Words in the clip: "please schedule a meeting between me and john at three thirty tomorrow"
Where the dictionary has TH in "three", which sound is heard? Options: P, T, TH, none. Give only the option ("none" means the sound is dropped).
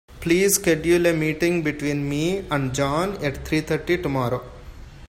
T